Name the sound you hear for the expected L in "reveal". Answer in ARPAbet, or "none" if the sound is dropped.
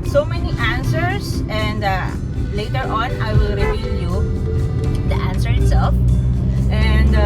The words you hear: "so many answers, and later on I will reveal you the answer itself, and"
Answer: N